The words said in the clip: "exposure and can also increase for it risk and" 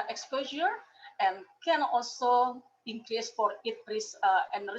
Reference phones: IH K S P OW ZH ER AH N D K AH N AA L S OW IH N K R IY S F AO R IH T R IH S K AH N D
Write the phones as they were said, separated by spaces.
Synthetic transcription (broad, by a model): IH K S P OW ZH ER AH N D K AH N AA L S OW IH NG K R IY S F AO R IH T R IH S AH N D